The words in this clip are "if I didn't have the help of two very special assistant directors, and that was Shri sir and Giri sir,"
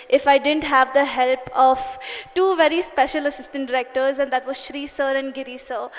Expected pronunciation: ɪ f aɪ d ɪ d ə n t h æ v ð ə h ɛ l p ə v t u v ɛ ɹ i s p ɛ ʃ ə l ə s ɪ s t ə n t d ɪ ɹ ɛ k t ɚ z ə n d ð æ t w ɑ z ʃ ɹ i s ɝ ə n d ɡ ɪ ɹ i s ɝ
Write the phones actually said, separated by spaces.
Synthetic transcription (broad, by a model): ɪ f aɪ d ɪ d ə n t h æ v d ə h ɛ l p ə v t u v ɛ ɹ i s p ɛ ʃ ə l ə s ɪ s t ə n t d ɪ ɹ ɛ k t ɚ z ə n d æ t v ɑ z ʃ ɹ i s ɝ ə n d ɡ ɪ ɹ i s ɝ